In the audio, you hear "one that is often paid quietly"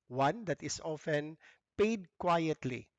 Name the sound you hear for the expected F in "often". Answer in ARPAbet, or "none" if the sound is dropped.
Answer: F